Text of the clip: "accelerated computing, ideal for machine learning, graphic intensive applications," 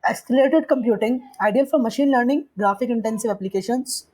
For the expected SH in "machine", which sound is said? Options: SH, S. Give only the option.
SH